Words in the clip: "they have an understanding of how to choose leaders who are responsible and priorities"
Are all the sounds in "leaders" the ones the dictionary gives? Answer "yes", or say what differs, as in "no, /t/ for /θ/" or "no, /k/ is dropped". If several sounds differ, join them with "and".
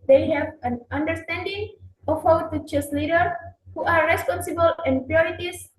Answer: no, /z/ is dropped